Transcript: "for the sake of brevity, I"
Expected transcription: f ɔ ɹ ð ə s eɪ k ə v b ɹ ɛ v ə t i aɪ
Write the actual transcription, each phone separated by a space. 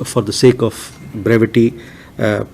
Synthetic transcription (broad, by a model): f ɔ ɹ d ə s eɪ k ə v b ɹ ɛ v ə t i